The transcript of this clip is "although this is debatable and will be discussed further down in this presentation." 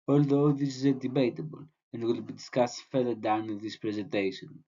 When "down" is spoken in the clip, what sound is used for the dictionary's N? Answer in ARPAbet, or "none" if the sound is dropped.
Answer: none